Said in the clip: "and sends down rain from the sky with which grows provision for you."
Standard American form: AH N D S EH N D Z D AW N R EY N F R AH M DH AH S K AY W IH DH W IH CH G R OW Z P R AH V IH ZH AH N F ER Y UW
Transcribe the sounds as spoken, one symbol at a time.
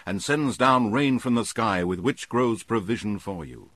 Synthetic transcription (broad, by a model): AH N S EH N Z D AW N R EY N F R AH M DH AH S K AY W IH DH W IH CH G R OW Z P R AH V IH ZH AH N F ER Y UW